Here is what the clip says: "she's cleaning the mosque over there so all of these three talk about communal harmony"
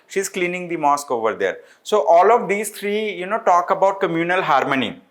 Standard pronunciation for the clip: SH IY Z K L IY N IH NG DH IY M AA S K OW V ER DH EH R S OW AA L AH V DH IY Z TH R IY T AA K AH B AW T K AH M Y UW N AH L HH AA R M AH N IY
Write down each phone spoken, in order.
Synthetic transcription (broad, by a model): SH IY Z K L IY N IH NG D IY M AA S K OW V ER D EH R S OW AA L AH V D IY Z T R IY T AA K AH B AW T K AH M Y UW N AH L HH AA R M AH N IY